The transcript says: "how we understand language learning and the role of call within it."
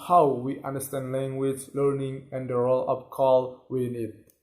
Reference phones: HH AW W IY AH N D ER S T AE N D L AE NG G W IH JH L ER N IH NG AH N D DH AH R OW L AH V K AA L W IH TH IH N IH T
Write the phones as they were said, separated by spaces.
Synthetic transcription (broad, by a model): HH AW W IY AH N D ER S T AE N D L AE NG G W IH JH L ER N IH NG AH N D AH R OW L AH P K AA L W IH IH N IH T